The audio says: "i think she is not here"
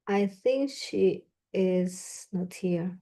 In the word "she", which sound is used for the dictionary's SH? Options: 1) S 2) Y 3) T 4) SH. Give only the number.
4